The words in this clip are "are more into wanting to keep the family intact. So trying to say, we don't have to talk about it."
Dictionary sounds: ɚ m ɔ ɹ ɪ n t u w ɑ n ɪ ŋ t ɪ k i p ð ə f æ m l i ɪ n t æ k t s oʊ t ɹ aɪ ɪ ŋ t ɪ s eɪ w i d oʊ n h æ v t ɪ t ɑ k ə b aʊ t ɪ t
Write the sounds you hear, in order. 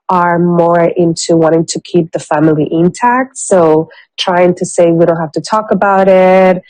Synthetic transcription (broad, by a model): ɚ m ɔ ɹ ɪ n t u w ɑ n ɪ ŋ t ɪ k i p ð ə f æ m l i ɪ n t æ k t s oʊ t ɹ aɪ ɪ ŋ t ɪ s eɪ w i d oʊ n h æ f t ɪ t ɑ k ə b aʊ t ɪ t